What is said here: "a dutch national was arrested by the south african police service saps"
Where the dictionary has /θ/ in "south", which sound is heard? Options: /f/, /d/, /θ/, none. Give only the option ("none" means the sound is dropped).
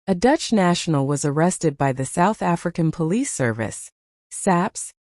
/θ/